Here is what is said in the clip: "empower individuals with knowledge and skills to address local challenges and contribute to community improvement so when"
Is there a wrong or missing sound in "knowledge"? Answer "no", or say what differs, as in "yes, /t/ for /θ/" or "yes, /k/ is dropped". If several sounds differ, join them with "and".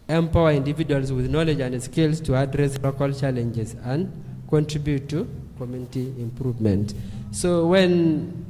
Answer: no